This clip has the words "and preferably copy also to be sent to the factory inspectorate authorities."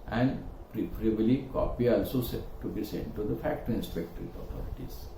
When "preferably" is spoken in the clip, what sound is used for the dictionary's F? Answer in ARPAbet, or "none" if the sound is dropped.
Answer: P